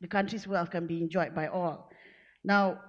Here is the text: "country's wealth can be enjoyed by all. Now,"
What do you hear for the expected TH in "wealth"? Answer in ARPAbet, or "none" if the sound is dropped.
F